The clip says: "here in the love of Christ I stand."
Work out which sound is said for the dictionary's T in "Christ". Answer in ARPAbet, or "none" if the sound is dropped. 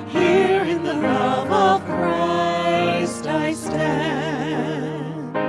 T